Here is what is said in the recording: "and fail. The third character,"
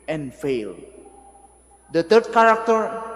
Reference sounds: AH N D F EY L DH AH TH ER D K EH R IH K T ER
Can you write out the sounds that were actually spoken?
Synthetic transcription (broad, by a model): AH N F EY L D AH T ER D K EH R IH K T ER